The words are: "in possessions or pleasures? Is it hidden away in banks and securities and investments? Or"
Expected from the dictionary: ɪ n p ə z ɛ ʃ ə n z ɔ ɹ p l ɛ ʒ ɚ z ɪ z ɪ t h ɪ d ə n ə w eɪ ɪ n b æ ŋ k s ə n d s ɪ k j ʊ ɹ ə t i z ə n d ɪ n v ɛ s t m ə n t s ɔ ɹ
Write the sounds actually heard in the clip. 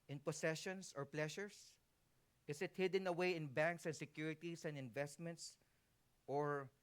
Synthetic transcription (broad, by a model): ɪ n p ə s ɛ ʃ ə n s ɔ ɹ p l ɛ ʃ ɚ s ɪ s ɪ t h ɪ d ə n ə w eɪ ɪ n b æ ŋ k s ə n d s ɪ k j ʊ ɹ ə t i s ə n d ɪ n v ɛ s t m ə n t s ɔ ɹ